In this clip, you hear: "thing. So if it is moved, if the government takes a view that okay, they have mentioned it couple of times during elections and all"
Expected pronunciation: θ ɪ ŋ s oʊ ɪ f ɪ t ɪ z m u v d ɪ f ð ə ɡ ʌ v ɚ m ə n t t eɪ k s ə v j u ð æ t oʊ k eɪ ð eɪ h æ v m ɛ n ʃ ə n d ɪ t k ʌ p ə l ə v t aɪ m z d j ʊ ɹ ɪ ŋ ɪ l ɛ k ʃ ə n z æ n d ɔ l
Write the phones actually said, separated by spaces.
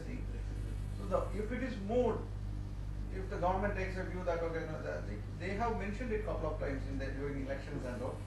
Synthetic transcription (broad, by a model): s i s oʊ ɪ f ɪ t ɪ z m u d ɪ f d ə ɡ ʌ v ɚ m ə n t t eɪ k s ə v j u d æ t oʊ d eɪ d eɪ h æ v m ɛ n ʃ ə n d ɪ t k ʌ p ə l ə v t aɪ m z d j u ɹ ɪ ŋ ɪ l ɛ k ʃ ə n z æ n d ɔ